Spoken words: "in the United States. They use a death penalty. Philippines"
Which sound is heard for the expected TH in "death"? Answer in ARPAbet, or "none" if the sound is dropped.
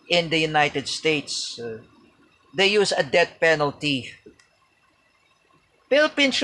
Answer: T